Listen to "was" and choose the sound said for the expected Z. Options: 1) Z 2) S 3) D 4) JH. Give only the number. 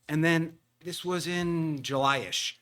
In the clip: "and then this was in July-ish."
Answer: 1